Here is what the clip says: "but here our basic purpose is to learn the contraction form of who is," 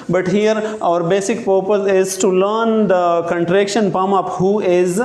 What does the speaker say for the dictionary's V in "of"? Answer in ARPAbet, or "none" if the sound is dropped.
P